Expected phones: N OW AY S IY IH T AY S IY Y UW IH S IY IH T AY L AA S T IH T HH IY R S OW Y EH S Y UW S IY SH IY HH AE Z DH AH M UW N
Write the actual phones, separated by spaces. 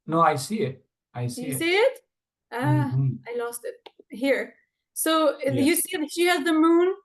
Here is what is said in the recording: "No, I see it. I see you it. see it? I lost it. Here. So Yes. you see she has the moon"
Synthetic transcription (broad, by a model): N OW AY S IY IH T AY S IY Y IH S IY IH T AY L AA S T IH T HH IY R S OW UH Y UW S IY SH IY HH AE Z DH AH M UW N